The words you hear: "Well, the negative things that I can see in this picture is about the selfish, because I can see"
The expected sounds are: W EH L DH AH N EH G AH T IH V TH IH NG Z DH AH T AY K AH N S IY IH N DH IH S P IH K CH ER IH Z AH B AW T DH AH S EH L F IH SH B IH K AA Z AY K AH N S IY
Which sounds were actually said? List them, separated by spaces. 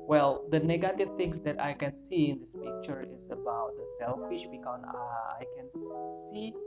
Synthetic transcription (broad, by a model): W EH L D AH N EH G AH T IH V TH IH NG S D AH T AY K AH N S IY IH N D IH S P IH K CH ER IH S AH B AW T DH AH S EH L F IH SH B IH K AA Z AY K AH N S IY